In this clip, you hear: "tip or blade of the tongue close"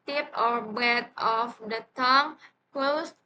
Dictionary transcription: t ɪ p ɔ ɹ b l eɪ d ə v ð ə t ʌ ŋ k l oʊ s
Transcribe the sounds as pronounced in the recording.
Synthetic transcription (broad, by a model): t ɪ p ɔ ɹ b eɪ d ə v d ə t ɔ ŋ k l oʊ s